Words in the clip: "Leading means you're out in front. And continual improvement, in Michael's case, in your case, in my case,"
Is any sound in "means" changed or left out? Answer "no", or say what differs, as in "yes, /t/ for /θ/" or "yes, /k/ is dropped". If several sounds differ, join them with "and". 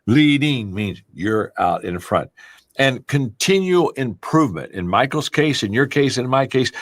no